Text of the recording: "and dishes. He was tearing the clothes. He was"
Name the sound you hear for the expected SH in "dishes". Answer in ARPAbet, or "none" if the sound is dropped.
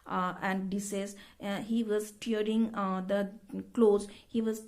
S